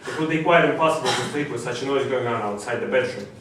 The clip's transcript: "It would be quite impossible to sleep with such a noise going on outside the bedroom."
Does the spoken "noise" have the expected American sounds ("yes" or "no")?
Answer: yes